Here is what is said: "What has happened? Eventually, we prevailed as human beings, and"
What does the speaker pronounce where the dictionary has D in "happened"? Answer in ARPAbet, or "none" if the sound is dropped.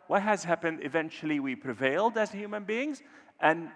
D